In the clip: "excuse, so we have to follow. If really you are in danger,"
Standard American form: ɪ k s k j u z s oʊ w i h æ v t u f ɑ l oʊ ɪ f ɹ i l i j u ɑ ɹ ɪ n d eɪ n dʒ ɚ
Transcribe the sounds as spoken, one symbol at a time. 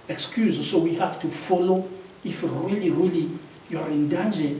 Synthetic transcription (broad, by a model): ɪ k s k j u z s oʊ w i h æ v t u f ɑ l oʊ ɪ f ɹ i l i j u ɑ ɹ ɪ n d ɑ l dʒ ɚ